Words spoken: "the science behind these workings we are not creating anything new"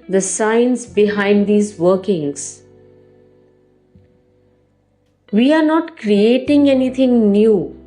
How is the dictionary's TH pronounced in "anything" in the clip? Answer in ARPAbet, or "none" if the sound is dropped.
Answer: T